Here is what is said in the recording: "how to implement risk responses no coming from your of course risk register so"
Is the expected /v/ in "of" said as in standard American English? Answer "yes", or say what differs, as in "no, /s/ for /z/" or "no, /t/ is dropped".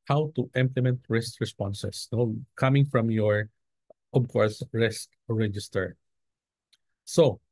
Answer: no, /b/ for /v/